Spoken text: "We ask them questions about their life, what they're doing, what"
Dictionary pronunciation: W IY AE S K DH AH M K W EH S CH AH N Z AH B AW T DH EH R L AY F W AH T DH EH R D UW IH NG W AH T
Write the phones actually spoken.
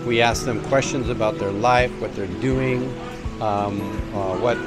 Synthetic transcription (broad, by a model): W IY AE S K DH AH M K W EH S CH AH N Z AH B AW T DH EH R L AY F W AH T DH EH R D UW IH NG W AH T